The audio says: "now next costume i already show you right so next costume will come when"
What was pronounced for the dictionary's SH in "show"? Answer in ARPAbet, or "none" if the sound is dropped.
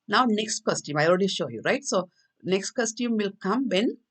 SH